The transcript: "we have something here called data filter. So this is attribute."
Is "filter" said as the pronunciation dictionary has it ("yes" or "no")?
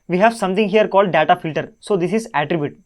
yes